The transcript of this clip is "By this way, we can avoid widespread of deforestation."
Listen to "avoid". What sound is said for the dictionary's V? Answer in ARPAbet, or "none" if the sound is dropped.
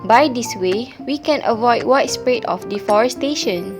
V